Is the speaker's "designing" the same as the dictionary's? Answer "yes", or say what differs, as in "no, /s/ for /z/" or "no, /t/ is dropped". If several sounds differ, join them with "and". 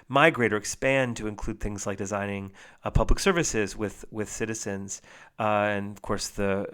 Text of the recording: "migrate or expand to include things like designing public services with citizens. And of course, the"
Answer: yes